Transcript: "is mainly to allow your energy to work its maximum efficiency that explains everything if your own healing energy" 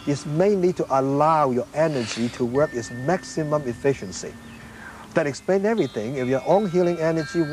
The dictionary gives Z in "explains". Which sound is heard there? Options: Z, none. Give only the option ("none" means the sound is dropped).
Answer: none